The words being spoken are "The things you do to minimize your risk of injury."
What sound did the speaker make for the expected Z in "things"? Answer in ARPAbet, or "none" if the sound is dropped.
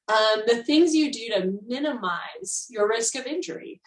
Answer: Z